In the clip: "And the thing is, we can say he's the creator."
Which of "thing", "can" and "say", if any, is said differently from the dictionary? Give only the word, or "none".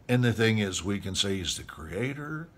none